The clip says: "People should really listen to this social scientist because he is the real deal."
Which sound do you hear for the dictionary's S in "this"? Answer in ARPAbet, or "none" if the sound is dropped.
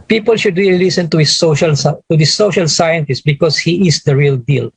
SH